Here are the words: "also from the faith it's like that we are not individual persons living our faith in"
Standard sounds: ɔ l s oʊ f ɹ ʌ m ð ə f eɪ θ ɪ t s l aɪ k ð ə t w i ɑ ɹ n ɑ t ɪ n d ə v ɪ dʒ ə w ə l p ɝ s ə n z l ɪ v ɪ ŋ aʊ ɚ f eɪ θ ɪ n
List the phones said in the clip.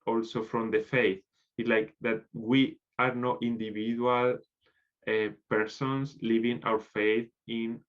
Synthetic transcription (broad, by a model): ɔ l s oʊ f ɹ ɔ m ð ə f eɪ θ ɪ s l aɪ k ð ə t w i ɑ ɹ n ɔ t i n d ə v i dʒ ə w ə l p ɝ s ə n s l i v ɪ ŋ aʊ ɚ f eɪ θ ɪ n